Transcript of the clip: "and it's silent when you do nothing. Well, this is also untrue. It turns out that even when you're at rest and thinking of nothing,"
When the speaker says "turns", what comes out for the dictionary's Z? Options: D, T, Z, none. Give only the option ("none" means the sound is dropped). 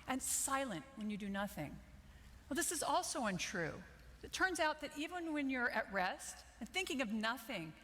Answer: Z